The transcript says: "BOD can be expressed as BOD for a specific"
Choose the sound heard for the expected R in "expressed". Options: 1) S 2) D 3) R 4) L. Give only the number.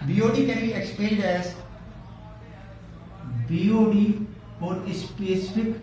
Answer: 4